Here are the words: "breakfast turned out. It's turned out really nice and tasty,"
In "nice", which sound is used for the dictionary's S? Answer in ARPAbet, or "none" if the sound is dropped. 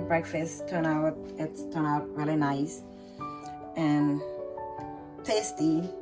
S